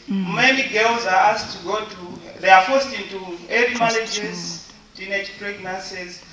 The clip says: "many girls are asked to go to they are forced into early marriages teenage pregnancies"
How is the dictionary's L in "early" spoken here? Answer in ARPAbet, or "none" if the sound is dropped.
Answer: none